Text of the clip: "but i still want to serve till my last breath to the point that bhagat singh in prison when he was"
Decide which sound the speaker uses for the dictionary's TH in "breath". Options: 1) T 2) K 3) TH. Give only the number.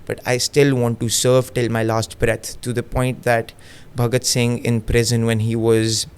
1